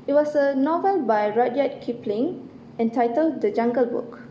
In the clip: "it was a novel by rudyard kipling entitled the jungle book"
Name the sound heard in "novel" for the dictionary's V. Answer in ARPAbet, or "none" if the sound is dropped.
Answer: V